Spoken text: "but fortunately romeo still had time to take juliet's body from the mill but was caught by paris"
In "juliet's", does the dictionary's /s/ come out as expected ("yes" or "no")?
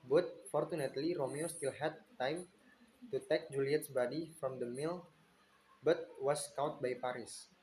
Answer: yes